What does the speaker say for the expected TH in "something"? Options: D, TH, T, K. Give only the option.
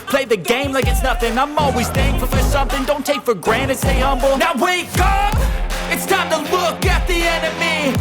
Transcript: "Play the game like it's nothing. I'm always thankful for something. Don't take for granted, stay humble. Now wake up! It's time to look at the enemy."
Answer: TH